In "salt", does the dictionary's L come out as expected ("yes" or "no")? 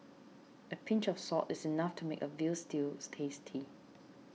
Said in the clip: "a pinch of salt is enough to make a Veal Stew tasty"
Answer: no